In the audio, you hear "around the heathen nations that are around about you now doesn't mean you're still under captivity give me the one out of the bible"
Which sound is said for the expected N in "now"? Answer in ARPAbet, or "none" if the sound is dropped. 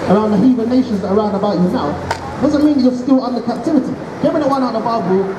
L